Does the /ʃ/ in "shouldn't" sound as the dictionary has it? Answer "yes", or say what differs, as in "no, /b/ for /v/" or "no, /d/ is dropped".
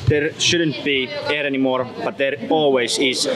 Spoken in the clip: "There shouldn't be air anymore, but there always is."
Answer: yes